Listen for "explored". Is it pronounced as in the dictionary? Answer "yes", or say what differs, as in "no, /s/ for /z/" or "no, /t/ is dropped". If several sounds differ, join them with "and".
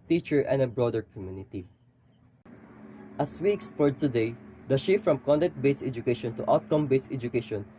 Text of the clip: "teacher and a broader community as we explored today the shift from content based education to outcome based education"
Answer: no, /l/ is dropped